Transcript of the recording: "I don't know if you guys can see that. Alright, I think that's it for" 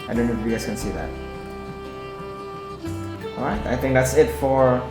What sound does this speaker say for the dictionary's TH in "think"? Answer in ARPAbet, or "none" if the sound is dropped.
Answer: TH